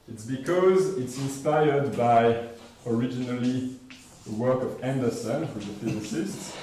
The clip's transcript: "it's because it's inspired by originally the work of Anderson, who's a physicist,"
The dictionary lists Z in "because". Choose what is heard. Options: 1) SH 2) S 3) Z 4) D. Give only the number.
3